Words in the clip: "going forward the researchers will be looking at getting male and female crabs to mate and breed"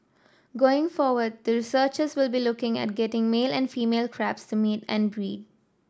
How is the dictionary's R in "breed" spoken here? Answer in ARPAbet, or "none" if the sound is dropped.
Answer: R